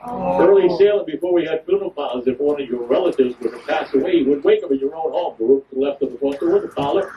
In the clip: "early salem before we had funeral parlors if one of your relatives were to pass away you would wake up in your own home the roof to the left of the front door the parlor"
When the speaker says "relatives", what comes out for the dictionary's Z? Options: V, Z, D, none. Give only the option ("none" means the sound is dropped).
Z